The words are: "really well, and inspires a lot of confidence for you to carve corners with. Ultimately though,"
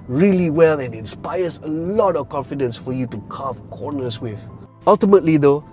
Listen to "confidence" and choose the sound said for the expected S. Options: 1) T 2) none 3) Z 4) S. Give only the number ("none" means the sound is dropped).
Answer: 4